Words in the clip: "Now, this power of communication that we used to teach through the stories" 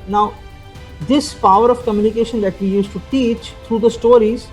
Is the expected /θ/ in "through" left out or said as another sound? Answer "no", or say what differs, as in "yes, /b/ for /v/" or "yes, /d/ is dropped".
yes, /t/ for /θ/